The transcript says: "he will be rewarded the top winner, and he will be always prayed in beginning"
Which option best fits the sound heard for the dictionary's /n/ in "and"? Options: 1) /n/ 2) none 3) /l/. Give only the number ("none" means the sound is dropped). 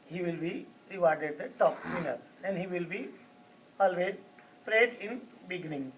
3